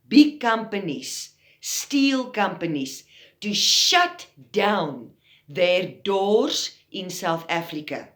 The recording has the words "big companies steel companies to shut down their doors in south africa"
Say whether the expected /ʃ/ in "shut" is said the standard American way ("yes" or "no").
yes